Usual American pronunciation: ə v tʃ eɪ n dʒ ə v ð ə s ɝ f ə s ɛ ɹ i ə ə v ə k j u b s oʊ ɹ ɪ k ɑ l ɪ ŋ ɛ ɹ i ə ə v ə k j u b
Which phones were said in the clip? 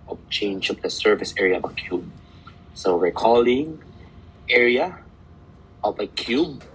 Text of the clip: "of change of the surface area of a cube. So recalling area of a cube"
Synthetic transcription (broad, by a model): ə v tʃ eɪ n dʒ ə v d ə s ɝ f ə s ɛ ɹ i ə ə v ə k j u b s oʊ w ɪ k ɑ l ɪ ŋ ɛ ɹ i ə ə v ə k j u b